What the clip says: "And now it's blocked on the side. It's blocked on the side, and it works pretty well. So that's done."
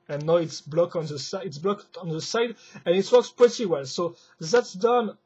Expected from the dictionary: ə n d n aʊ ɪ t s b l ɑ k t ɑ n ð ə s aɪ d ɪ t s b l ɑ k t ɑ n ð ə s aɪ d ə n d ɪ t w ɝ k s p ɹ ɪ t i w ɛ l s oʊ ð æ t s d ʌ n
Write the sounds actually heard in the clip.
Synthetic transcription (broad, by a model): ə n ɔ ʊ ɪ t s b l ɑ k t ɑ n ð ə s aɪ ɪ t s b l ɑ k t ɑ n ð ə s aɪ d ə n ɪ t w ɝ k s p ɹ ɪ t i w ɛ l s oʊ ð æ t s d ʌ n